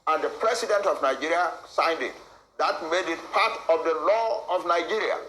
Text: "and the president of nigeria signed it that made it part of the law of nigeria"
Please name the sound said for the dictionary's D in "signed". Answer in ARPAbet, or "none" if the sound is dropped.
D